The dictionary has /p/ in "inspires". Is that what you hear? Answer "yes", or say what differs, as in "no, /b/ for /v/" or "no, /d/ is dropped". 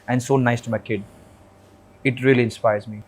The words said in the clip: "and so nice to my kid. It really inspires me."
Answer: yes